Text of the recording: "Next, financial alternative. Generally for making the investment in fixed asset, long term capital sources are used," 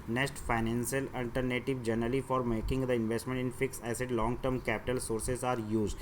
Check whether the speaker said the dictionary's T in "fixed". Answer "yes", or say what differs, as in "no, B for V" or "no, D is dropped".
no, T is dropped